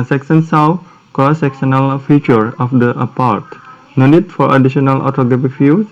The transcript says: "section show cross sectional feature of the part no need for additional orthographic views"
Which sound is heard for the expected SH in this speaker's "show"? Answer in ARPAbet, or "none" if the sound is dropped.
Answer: S